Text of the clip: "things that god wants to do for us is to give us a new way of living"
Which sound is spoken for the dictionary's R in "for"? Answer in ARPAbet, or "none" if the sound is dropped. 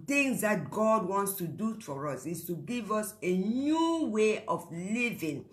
R